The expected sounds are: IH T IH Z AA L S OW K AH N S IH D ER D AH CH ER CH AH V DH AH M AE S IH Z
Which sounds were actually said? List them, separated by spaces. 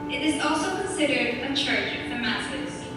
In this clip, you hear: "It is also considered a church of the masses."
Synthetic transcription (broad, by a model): IH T IH Z AA L S OW K AH N S IH D ER D AH CH ER CH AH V DH AH M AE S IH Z